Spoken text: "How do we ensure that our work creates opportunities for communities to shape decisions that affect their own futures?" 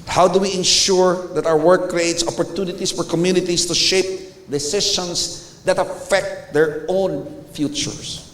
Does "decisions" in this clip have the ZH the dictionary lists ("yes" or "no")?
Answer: no